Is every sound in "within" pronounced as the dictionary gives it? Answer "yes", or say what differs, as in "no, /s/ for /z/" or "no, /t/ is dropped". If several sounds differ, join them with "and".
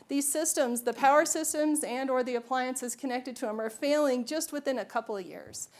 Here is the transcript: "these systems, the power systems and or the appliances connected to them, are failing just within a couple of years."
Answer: yes